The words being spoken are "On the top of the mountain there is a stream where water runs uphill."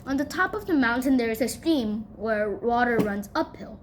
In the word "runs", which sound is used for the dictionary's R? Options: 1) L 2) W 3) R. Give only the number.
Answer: 3